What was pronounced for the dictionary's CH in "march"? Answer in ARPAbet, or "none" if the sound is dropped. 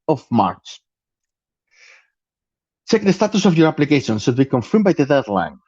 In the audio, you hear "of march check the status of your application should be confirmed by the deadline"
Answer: S